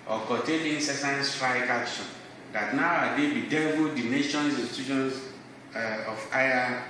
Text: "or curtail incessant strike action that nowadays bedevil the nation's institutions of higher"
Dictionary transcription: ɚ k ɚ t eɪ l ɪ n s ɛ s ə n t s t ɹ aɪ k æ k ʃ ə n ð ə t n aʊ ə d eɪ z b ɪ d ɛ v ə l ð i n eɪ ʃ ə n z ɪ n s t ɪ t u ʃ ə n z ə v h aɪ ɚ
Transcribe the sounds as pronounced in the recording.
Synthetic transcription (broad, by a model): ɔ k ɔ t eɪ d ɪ n s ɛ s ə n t s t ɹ aɪ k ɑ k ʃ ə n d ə t n aʊ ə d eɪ b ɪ d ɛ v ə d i n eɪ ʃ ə n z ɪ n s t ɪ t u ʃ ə n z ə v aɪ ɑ